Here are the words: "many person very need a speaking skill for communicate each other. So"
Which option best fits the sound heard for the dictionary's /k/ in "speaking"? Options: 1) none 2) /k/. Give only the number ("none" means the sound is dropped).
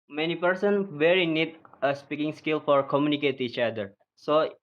2